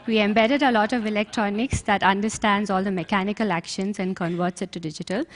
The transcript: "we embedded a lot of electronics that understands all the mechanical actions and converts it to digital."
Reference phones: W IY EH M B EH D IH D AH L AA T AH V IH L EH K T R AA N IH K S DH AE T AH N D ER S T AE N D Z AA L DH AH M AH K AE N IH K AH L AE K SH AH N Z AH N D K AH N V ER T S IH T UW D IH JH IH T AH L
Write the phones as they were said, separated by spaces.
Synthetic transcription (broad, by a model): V IY EH M B EH D IH D AH L AA T AH V IH L EH K T R AA N IH K S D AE T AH N D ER S T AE N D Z AA L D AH M AH K AE N IH K AH L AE K SH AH N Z AH N D K AH N V ER T S IH T UW D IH JH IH T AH L